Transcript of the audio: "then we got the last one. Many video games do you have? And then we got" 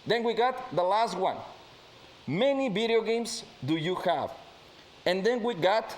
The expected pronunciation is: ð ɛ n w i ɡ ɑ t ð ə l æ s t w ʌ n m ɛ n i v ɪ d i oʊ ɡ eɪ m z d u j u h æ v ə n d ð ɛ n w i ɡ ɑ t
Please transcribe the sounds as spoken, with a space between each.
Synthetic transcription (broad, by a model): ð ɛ n w i ɡ ɑ t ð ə l æ s t w ʌ n m ɛ n i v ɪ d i oʊ ɡ eɪ m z d u j u h æ v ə n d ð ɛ n w i ɡ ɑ t